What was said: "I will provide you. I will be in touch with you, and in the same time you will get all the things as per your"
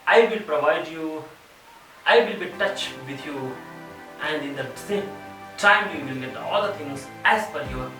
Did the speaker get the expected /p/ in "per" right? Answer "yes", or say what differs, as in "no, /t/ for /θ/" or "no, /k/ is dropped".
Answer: no, /f/ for /p/